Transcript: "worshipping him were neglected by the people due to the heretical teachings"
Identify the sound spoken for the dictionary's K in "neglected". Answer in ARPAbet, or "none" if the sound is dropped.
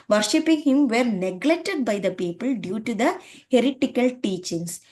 K